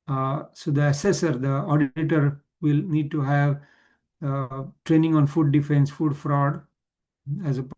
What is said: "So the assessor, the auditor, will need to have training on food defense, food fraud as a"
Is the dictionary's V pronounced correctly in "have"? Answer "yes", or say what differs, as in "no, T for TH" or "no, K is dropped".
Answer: yes